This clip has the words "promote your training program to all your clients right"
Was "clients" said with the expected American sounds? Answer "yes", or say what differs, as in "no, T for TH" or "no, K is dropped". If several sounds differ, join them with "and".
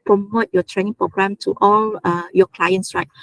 yes